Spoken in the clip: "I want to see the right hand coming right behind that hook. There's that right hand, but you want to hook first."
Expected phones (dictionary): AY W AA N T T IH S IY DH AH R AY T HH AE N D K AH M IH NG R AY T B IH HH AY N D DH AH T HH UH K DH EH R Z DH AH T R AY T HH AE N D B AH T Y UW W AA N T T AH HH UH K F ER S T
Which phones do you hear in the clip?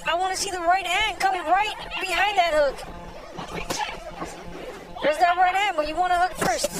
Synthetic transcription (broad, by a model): AY W AA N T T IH S IY DH AH R AY T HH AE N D K AH M IH NG R AY T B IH HH AY N DH AH T HH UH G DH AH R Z DH AH T R AY T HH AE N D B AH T Y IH W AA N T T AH HH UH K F ER S T